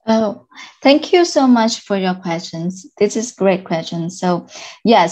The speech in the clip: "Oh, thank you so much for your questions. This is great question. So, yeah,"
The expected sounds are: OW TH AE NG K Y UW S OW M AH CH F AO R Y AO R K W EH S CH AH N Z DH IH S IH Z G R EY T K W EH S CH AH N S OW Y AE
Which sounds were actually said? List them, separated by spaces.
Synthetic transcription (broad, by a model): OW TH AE NG K Y UW S OW M AH CH F AO R Y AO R K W EH S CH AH N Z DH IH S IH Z G R EY T K W EH S CH AH N S OW Y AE